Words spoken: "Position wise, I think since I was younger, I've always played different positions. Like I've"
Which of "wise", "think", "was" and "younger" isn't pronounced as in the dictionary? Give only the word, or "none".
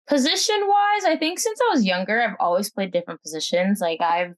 none